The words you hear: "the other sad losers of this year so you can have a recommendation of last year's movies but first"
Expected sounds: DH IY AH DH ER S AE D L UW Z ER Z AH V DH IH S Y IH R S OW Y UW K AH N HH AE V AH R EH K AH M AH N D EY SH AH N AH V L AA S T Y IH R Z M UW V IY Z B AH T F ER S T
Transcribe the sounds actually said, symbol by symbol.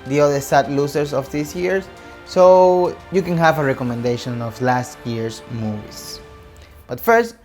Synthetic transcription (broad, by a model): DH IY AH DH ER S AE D L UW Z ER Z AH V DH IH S Y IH R S OW Y UW K AH N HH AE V AH R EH K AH M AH N D EY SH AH N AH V L AA S T Y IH R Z M UW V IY S B AH T F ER S T